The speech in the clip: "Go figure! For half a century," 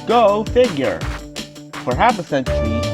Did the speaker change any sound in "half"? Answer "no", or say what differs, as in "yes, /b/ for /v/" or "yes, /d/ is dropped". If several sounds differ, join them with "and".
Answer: yes, /p/ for /f/